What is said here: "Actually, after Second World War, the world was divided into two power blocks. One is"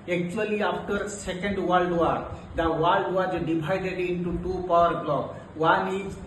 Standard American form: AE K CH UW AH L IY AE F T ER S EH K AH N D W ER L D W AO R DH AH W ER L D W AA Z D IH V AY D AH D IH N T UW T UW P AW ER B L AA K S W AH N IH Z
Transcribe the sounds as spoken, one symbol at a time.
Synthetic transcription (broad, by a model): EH K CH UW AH L IY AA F T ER S EH K AH N D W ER L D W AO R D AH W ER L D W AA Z D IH B AY D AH D IH N T UW T UW P AW ER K L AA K W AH N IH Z